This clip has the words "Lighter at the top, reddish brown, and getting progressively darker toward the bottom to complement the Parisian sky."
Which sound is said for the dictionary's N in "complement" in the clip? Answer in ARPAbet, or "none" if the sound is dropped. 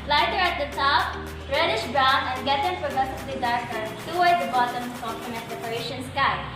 none